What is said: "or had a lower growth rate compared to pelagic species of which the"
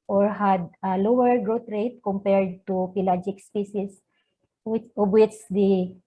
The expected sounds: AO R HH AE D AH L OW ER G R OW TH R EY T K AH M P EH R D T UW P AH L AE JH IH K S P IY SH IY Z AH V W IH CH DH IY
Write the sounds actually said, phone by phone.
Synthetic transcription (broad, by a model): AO R HH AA D AH L OW ER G R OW T R EY T K AH M P EH R D T UW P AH L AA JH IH K S P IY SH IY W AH B W IH CH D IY